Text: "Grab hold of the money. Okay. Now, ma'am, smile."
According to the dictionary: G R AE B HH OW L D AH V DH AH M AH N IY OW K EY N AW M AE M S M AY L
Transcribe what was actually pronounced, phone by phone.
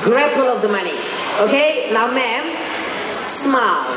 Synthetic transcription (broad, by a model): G R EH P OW L AH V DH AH M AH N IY OW K EY N AW M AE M S M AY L